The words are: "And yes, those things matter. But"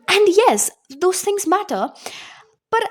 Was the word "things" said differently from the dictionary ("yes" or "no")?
no